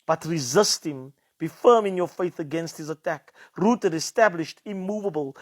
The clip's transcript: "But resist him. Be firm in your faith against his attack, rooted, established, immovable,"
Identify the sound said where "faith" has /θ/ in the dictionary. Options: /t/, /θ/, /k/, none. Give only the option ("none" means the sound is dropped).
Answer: /θ/